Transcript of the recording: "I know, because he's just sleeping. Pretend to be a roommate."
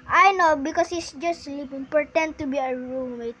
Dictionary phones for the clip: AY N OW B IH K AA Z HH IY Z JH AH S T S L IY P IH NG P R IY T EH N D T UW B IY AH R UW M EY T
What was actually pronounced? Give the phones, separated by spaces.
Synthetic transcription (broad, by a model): AY N OW B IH K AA S HH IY S JH AH S T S L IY P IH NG P R T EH N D T UW B IY AH R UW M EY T